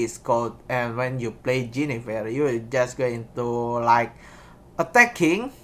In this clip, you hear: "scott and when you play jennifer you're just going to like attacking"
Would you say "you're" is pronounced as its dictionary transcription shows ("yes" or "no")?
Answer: no